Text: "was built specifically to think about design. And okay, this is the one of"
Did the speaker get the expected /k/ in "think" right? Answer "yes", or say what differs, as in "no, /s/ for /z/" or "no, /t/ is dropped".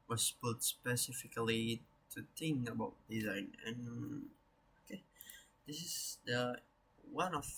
no, /k/ is dropped